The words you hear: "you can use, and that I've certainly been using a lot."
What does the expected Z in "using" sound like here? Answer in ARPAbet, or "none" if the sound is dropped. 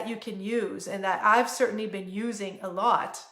Z